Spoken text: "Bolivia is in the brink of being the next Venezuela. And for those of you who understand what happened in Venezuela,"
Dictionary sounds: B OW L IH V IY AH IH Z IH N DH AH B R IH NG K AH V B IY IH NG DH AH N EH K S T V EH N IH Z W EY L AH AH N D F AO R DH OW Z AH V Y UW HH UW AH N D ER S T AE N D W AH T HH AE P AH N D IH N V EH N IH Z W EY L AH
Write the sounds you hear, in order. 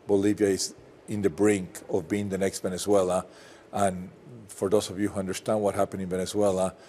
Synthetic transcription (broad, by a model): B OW L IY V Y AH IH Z IH N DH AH B R IH NG K AH V B IY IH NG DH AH N EH K S T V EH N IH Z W EY L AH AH N F AO R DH OW S AH V Y UW HH UW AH N D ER S T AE N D W AH T HH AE P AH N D IH N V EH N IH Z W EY L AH